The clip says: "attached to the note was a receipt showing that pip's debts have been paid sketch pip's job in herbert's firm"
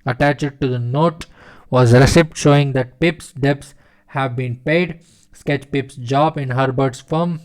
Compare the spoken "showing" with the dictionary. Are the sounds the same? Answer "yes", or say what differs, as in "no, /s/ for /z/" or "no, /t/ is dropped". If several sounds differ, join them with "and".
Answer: yes